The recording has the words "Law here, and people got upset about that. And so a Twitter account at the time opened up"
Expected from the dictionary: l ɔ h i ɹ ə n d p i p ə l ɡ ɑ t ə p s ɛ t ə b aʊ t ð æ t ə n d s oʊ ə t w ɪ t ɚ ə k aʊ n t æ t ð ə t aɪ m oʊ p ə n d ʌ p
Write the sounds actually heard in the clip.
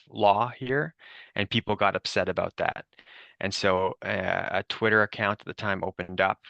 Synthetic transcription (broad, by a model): l ɔ h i ɹ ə n p i p l ɡ ɑ t ə p s ɛ t ə b aʊ t ð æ t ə n s oʊ ə t w ɪ t ɚ ə k aʊ n t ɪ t ð ə t aɪ m oʊ p ə n d ʌ p